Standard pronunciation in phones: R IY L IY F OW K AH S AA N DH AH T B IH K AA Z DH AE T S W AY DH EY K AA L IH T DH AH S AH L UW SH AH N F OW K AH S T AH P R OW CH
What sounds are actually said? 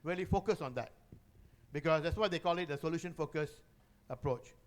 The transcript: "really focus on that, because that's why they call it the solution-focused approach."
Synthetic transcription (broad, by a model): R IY L IY F OW K AH S AA N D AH T B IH K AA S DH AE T S W AY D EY K AA L IH T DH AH S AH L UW SH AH N F OW K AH S AH P R OW CH